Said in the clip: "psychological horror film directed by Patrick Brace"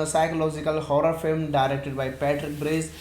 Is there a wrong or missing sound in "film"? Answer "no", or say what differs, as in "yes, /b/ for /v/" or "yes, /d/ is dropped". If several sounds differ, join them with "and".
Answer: no